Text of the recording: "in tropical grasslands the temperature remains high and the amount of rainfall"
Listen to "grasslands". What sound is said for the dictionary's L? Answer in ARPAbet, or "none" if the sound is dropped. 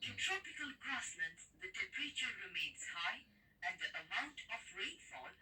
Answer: N